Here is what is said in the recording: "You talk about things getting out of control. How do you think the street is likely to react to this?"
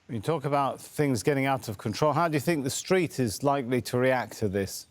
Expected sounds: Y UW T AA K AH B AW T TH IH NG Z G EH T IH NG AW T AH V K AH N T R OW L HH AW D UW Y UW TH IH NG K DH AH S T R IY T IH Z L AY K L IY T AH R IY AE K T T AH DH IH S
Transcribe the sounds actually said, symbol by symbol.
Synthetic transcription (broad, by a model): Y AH T AA K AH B AW T TH IH NG Z G EH T IH NG AW T AH V K AH N T R OW L HH AW D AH Y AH TH IH NG K DH AH S T R IY T IH Z L AY K L IY T AH R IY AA K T T AH DH IH S